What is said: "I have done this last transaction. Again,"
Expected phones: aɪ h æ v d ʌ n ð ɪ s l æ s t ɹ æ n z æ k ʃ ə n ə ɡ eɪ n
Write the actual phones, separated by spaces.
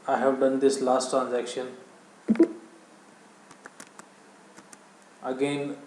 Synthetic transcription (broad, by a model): aɪ h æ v d ʌ n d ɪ s l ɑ s t ɹ æ n z æ k ʃ ə n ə ɡ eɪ n